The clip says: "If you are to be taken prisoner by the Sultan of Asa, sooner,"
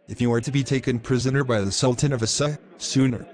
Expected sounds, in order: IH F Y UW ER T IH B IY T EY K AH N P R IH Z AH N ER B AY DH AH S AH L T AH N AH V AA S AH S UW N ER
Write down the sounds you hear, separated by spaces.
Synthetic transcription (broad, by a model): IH F Y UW ER T IH B IY T EY K AH N P R IH Z AH N ER B AY DH AH S AH L T AH N AH V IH S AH S UW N ER